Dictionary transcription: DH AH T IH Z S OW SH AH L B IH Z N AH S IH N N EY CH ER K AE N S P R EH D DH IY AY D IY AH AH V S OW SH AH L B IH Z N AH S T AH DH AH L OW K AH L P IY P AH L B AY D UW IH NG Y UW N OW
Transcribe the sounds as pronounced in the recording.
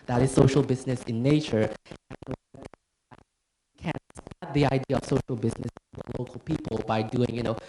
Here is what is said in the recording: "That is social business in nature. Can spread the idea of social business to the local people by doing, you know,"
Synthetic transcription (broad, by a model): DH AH T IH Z S OW SH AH L B IH Z N AH S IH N N EY CH ER K AE N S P EH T DH IY AY D IY AH AH V S OW SH L B IH Z N AH S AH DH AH L OW K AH L P IY P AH L B AY D UW IH NG Y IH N OW